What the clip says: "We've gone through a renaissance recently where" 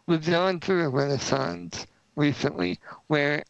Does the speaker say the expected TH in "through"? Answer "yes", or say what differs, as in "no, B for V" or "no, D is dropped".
yes